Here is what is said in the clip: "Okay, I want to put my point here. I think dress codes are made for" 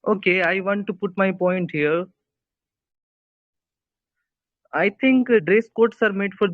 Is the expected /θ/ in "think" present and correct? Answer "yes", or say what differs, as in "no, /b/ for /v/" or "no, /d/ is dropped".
no, /t/ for /θ/